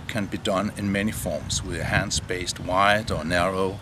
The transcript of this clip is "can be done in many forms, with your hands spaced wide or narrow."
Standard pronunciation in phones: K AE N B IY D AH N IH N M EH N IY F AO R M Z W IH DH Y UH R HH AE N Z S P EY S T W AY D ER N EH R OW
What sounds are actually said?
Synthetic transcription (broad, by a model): K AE N B IY D AH N IH N M EH N IY F AO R M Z W IH DH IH HH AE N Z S B EY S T W AY D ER N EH R OW